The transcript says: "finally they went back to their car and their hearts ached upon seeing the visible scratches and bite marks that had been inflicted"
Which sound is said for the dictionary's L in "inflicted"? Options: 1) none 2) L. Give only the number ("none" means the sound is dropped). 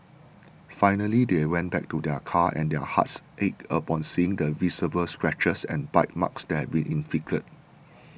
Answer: 1